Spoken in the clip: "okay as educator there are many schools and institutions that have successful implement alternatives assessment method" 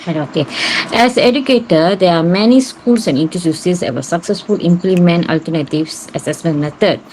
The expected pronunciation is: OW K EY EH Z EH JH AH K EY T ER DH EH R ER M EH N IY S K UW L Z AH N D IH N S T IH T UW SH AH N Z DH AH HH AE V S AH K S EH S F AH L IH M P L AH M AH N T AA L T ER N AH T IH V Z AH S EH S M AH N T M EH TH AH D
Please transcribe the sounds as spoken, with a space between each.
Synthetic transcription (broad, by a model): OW K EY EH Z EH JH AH K EY T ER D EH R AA M EH N IY S K UW L S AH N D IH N T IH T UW S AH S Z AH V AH S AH K S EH S F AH L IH M P L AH M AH N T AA L T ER N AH T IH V S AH S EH S M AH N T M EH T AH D